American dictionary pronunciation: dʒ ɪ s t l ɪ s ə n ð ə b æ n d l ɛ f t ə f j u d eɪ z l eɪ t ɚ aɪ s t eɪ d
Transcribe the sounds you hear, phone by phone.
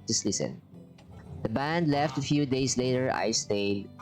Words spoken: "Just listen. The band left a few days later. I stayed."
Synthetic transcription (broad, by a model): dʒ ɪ s l ɪ s ə n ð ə b æ n d l ɛ f t ə f j u d eɪ s l eɪ t ɚ aɪ s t eɪ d